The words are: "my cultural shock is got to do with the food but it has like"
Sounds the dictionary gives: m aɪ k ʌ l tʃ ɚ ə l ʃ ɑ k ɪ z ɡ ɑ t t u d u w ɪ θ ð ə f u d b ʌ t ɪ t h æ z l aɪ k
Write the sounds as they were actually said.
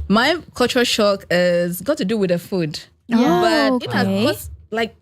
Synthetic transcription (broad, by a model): m aɪ k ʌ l tʃ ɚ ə ʃ ɑ k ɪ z ɡ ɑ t t u d u w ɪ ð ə f u d b ʌ t ɪ t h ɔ s l aɪ k